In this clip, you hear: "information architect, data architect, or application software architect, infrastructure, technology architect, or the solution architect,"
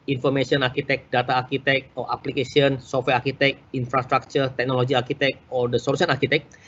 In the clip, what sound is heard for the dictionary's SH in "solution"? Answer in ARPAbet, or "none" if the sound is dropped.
S